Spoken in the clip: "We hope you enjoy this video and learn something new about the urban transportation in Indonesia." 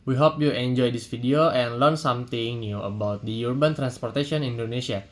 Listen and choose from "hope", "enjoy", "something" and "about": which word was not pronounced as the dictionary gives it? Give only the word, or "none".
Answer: something